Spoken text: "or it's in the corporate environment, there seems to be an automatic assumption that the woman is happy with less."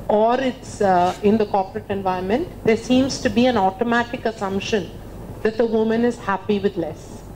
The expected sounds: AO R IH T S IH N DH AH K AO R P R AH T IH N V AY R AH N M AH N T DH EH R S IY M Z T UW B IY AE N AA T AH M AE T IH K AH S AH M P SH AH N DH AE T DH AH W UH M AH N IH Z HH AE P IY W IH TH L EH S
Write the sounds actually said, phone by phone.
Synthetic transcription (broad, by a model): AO R IH T S IH N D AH K AO R P R AH T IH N V AY AH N M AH N T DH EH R S IY M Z T UW B IY AE N AA T AH M AE T IH K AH S AH M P SH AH N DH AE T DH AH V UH M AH N IH Z HH AE P IY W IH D L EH S